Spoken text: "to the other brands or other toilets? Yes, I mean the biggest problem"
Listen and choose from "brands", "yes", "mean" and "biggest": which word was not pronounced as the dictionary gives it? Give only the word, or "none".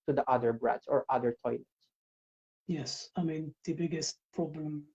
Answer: brands